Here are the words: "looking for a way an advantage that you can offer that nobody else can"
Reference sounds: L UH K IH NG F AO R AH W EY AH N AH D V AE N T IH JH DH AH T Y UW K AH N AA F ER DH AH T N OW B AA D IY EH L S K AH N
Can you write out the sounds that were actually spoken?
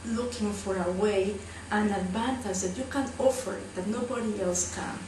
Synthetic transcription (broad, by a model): L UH K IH NG F AO R AH W EY AH N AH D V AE N T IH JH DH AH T Y UW K AH N AA F ER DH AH T N OW B AA D IY EH L S K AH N